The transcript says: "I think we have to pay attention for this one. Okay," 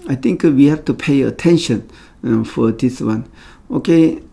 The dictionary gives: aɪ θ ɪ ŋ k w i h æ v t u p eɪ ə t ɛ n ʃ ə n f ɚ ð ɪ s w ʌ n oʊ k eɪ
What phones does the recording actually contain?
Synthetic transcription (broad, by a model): aɪ t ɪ ŋ k w i h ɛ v t u p eɪ ə t ɛ n ʃ ə n f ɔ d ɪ s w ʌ n oʊ k eɪ